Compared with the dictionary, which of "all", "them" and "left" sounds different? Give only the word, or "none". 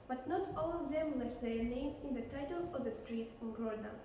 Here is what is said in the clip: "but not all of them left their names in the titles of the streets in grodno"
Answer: left